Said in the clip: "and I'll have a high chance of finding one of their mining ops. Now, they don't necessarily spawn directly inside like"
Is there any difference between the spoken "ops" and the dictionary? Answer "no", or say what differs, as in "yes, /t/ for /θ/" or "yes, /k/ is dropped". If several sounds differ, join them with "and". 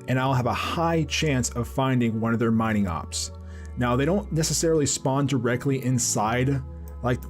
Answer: no